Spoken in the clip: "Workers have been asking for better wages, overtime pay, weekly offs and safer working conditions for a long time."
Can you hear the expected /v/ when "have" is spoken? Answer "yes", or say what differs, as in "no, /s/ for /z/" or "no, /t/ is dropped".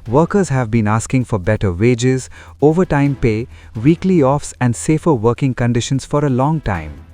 yes